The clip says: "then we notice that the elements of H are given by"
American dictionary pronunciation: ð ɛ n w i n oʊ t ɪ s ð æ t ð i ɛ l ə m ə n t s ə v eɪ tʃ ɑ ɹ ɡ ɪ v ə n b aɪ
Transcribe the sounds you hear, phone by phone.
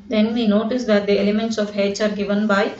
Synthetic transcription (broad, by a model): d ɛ n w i n oʊ t ɪ s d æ t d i ɛ l ə m ə n t s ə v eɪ s ɑ ɹ ɡ ɪ v ə n b aɪ